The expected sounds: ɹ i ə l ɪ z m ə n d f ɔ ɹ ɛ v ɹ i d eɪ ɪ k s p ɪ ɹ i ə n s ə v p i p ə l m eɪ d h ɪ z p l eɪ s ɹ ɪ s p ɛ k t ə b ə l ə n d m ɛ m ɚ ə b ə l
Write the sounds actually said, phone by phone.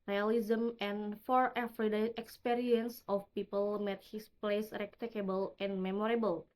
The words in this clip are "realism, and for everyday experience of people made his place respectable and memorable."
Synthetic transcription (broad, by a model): ɹ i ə l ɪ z m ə n f ɔ ɹ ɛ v ɹ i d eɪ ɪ k s p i ɹ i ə n s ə f p i p ə l m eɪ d h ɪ s p l eɪ s ɹ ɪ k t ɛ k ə b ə l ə n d m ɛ m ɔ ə b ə l